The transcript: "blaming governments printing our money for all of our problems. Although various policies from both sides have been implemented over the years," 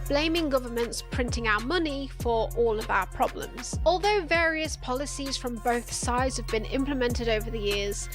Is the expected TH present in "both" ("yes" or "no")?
yes